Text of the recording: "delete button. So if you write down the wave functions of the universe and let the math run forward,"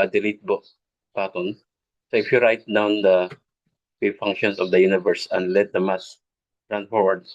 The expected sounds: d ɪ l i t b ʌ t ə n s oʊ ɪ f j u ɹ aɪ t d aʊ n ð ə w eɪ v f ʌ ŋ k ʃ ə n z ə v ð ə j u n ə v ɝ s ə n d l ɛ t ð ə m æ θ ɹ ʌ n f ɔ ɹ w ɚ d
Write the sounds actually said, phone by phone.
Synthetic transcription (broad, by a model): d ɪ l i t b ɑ t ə n s oʊ ɪ f j u ɹ aɪ t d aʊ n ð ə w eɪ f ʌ ŋ k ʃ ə n s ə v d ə j u n ə v ɝ s ə n d l ɛ t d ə m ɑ s ɹ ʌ n f ɔ ɹ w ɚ d